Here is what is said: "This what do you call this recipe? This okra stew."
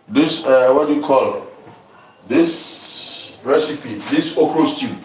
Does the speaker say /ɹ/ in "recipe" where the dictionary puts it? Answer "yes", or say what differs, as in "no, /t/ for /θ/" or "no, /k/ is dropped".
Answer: yes